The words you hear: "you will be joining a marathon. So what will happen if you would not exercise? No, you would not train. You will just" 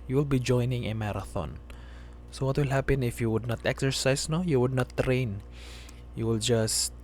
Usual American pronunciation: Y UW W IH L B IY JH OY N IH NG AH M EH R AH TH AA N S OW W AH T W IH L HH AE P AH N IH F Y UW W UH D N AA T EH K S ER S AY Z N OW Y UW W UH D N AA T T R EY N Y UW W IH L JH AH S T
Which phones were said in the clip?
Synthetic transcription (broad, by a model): Y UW W IH L B IY JH OY N IH NG AH M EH R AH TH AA N S OW W AH T W IH L HH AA P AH N IH F Y UW W UH D N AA T EH K S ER S AY S N OW Y UW W UH D N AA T T R EY N Y UW W IH L JH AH S T